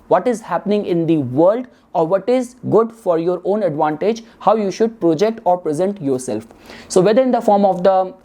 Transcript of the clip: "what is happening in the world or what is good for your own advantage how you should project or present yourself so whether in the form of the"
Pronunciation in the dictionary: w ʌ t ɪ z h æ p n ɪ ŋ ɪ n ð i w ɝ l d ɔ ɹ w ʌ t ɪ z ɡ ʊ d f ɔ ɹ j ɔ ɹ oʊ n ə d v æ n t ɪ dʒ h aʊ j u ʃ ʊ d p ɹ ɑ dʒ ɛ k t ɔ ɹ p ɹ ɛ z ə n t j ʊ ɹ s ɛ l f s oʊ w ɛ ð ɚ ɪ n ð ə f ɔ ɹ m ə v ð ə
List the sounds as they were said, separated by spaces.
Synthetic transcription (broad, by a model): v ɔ t ɪ z h æ p n ɪ ŋ ɪ n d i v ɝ l d ɔ ɹ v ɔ t ɪ z ɡ ʊ d f ɔ ɹ j ɔ ɹ oʊ n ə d v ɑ n t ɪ dʒ h aʊ j u ʃ ʊ d p ɹ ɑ dʒ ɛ k t ɔ ɹ p ɹ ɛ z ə n t j ʊ ɹ s ɛ l f s oʊ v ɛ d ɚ ɪ n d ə f ɔ ɹ m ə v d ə